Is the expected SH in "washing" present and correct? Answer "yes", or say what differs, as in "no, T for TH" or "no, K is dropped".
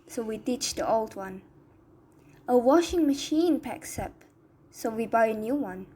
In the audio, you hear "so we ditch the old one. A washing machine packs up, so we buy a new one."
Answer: yes